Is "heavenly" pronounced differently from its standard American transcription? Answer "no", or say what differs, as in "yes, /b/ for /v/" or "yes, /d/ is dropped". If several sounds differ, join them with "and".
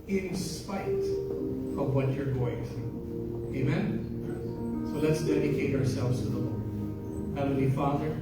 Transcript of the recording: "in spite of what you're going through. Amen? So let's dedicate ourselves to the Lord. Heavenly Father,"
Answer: yes, /n/ is dropped